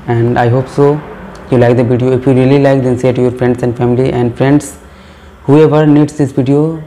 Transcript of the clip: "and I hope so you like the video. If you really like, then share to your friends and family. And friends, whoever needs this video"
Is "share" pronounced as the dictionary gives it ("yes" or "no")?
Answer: no